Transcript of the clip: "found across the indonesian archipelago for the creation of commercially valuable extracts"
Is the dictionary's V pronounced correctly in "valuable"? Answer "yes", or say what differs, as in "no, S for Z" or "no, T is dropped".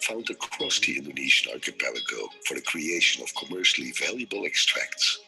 yes